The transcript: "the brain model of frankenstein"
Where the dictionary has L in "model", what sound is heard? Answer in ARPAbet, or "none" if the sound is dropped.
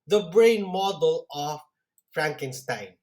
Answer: L